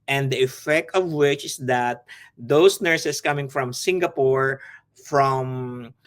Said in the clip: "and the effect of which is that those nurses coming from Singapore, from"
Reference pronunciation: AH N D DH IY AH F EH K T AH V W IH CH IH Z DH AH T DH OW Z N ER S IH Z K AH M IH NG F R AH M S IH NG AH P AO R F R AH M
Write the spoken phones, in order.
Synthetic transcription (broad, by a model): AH N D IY AH F EH K T AH V W IH CH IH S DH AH T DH OW S N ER S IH S K AH M IH NG F R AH M S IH NG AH P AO R F R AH M